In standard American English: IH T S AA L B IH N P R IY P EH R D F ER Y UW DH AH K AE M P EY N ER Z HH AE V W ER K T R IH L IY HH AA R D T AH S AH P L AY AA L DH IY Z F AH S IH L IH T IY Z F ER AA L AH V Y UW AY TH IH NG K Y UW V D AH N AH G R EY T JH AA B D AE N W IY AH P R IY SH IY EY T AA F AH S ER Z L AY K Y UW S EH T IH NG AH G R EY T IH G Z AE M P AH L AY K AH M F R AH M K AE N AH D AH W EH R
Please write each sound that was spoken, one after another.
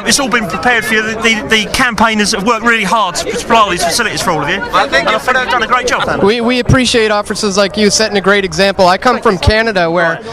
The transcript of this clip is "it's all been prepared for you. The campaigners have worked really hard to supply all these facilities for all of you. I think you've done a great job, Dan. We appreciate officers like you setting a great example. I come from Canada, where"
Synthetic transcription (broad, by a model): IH T S AA L B IH N P R IY P EH R D F ER Y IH DH AH K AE M P EY N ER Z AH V W ER K T R IH L IY HH AA R D T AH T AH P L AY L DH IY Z F AH S IH L IH T IY Z F ER AA L AH V Y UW AY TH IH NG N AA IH F D AH N AH G R EY T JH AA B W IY W IY AH P R IY SH IY EY T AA F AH S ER Z L AY K Y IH S EH T IH NG AH G R EY T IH G Z AE M P L AY K AH M F R AH M K AE N AH D AH W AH R